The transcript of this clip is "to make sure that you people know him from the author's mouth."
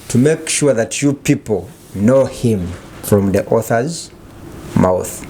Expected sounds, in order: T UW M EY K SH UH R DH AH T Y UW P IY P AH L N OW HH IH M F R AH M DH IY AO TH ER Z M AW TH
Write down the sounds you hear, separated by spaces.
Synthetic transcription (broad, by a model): T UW M EY K SH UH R DH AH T Y UW P IY P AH L N OW HH IH M F R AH M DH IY AO TH ER Z M AW TH